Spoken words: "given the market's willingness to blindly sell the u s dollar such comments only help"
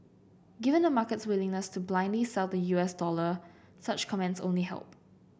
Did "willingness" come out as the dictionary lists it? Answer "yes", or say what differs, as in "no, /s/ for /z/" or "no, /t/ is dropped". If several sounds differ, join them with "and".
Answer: yes